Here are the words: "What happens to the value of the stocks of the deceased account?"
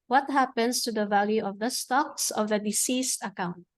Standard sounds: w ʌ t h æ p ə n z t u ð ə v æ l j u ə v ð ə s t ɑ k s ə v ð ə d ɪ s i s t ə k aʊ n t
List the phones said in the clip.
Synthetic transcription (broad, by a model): w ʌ t h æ p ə n s t u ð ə v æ l j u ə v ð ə s t ɑ k s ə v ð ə d ɪ s i s t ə k aʊ n t